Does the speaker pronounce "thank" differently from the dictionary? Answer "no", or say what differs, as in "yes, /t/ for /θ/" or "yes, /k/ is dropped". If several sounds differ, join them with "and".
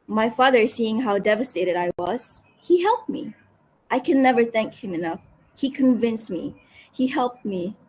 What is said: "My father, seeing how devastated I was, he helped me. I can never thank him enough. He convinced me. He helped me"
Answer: no